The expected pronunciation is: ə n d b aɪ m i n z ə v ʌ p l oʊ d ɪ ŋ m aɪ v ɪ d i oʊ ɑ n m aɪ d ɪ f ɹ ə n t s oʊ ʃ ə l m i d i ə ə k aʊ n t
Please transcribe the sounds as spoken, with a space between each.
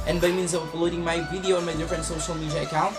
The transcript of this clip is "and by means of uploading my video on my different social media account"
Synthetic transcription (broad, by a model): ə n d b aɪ m i n z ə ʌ l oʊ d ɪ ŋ m aɪ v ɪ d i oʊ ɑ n m aɪ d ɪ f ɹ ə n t s oʊ ʃ ə l m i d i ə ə k aʊ n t